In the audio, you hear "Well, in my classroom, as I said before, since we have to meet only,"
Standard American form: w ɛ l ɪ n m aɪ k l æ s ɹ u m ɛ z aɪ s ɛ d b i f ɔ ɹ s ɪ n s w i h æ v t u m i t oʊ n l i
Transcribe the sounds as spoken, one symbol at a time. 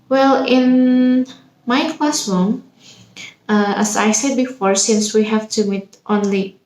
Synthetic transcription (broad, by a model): w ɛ l ɪ n m aɪ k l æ s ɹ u m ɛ s aɪ s ɛ d b i f ɔ ɹ s ɪ n s w i h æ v t u m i t oʊ n l i